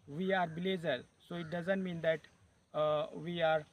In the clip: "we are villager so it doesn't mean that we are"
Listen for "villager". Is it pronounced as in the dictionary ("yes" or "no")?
no